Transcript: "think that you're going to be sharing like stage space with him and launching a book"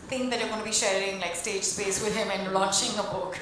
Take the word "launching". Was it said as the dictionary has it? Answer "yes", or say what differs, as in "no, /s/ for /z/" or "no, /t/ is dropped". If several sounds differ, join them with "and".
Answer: no, /n/ is dropped